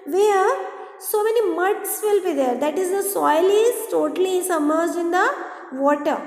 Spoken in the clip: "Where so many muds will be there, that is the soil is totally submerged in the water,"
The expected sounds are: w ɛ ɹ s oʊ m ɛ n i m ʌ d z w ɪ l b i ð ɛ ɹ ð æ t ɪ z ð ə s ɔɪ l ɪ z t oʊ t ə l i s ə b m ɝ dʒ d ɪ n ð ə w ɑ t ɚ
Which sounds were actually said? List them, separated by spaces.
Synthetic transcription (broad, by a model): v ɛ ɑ s oʊ m ɛ n i m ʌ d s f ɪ l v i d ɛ ɹ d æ t ɪ z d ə s ɔɪ l ɪ z t oʊ t ə l i s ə m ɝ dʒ ɪ n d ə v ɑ t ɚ